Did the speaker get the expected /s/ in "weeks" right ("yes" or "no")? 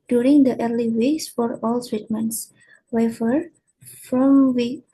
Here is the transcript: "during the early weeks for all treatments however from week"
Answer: yes